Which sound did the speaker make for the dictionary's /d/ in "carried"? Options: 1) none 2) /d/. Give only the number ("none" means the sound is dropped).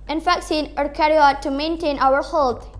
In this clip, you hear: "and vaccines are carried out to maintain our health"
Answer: 1